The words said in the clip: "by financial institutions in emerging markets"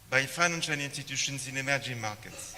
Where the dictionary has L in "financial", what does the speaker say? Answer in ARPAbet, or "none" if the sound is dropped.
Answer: N